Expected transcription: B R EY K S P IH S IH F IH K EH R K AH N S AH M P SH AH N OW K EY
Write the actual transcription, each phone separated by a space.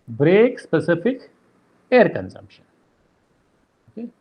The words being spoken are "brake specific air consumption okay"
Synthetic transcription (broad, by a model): B R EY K S P IH S IH F IH K EH R K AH N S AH M P SH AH N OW K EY